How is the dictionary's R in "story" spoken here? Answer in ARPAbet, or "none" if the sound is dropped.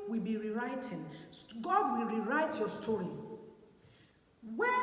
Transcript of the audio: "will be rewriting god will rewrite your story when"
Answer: R